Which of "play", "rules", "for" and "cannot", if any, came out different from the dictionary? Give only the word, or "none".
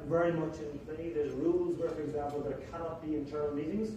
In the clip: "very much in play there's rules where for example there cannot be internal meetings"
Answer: none